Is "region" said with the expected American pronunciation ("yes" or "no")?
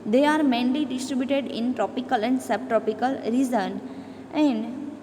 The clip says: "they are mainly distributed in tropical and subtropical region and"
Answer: no